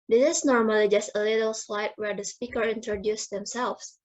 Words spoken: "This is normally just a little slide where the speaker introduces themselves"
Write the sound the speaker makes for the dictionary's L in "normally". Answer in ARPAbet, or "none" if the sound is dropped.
L